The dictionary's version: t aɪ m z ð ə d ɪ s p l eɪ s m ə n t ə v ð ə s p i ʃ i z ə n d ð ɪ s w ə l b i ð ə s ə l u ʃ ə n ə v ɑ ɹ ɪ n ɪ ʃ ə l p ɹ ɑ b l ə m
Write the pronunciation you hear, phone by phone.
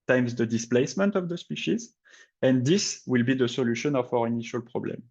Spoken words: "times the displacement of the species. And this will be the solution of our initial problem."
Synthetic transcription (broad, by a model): t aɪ m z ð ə d ɪ s p l eɪ s m ə n t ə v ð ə s p i ʃ i z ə n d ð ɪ s w ə l b i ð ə s ə l u ʃ ə n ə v ɑ ɹ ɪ n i ʃ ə l p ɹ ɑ b l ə m